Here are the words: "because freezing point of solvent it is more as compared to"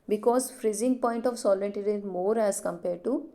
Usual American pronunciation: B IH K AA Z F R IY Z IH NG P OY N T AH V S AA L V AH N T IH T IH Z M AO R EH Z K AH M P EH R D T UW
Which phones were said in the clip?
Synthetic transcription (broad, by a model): B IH K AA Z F R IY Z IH NG P OY N T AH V S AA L AH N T IH T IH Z M AO R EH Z K AH M P EH R D T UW